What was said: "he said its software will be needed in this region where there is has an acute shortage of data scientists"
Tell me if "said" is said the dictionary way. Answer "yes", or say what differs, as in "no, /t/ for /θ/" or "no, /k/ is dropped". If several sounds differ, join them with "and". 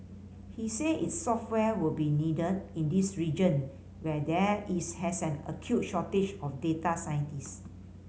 no, /d/ is dropped